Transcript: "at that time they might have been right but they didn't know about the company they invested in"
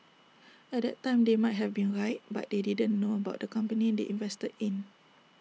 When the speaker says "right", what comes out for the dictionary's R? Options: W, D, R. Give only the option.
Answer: R